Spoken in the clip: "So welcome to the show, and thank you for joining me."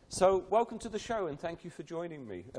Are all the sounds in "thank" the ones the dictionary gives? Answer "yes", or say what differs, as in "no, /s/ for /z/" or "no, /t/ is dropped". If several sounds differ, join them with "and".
yes